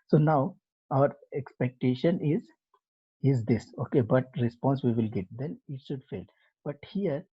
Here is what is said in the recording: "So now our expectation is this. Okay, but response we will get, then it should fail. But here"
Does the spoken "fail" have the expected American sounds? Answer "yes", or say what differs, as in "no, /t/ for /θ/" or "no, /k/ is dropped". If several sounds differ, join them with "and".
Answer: yes